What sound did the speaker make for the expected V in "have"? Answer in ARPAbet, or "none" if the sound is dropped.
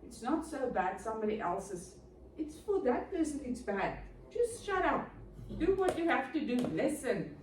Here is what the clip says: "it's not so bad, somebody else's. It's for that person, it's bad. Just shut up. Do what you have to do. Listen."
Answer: F